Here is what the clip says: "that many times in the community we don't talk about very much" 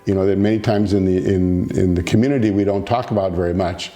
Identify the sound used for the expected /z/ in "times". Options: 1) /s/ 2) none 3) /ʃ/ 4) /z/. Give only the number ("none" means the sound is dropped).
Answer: 4